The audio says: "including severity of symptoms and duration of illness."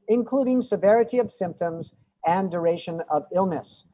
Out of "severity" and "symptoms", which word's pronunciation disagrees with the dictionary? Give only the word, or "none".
none